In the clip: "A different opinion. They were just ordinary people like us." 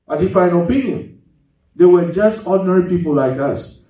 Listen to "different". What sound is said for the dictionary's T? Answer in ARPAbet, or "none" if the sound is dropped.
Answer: none